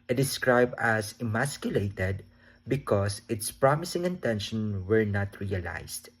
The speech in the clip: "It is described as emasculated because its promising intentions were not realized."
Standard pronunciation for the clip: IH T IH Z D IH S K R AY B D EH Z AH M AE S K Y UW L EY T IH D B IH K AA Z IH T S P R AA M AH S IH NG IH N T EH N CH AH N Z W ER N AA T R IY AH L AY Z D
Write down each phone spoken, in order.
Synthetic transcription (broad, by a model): T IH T D IH S K R AY B D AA S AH M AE S K Y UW L EY T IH D B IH K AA S IH T S P R AA M AH S IH NG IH N T EH N SH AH N W ER N AA T R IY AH L AY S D